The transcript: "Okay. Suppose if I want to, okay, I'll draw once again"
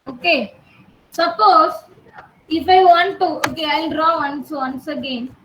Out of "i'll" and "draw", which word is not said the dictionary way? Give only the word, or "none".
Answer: draw